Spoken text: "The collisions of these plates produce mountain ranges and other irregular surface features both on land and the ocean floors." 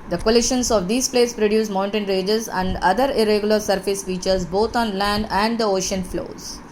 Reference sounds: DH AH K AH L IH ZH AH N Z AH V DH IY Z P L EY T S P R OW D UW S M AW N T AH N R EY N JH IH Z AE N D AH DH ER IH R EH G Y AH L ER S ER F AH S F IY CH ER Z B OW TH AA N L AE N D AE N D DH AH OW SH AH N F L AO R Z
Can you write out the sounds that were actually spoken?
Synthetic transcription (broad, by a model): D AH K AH L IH SH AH N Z AH V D IY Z P L EY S P R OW D UW S M AW N T AH N R EY JH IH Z AE N D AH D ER IH R EH G Y AH L ER S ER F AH S F IY CH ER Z B OW T AA N L AE N D AE N D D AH OW SH AH N F L AO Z